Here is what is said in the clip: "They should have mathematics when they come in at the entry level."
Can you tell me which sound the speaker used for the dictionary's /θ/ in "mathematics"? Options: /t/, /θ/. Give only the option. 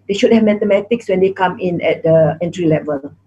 /t/